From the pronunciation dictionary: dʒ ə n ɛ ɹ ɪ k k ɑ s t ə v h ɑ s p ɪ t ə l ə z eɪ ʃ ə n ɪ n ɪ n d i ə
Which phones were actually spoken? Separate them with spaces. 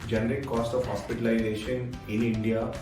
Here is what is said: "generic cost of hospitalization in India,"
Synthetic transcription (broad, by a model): dʒ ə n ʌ ɹ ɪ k k ɑ s t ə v h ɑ s p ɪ t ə l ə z eɪ ʃ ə n ɪ n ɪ n d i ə